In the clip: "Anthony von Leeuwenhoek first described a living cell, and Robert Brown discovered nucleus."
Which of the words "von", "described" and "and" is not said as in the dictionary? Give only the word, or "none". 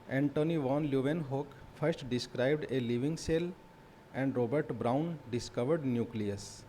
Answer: none